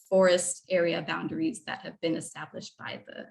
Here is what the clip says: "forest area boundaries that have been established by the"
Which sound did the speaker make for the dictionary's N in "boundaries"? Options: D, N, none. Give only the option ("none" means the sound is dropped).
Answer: N